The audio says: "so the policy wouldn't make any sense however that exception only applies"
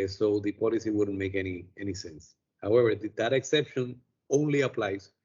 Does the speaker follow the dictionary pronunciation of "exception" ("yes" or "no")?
yes